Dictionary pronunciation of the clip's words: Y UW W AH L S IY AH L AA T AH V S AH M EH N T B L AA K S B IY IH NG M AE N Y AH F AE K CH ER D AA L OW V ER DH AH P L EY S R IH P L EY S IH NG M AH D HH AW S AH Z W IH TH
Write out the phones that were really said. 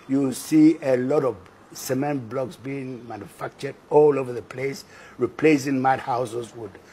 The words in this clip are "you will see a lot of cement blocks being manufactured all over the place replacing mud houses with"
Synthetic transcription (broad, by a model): Y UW S IY AH L AA T AH V S AH M EH N T B L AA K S B IY IH NG M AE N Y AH F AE K CH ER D AA L OW V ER DH AH P L EY S R IH P L EY S IH NG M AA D HH AW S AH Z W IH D